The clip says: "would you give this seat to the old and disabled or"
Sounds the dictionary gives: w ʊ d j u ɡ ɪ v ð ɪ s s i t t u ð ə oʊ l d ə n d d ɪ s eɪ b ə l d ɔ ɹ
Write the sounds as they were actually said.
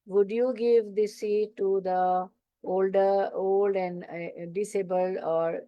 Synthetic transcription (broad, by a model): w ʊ d j u ɡ ɪ v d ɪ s s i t t u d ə oʊ l d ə l d d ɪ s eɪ b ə l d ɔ ɹ